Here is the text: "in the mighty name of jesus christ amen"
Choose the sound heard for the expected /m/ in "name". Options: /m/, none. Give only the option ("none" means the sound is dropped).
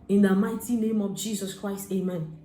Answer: /m/